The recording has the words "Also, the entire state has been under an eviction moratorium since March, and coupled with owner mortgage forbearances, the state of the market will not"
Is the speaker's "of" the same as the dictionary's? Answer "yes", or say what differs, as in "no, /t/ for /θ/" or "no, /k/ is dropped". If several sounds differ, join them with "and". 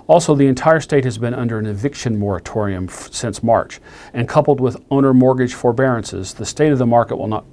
yes